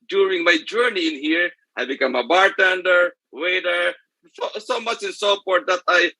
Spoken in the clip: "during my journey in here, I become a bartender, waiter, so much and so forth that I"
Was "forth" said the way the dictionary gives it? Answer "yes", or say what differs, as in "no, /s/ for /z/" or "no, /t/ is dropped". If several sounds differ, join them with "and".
no, /p/ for /f/